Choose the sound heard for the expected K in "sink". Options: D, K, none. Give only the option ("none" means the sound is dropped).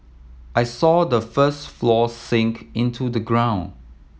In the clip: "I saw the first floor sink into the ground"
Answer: K